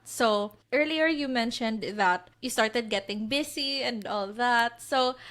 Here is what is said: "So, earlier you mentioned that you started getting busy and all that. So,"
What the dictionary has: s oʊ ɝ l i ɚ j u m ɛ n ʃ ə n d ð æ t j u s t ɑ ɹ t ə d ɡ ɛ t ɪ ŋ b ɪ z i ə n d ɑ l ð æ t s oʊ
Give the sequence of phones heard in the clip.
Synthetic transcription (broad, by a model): s oʊ ɝ l i ɚ j u m ɛ n ʃ ə n d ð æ t j u s t ɑ ɹ t ə d ɡ ɛ t ɪ ŋ b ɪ s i ə n d ɑ l ð æ t s oʊ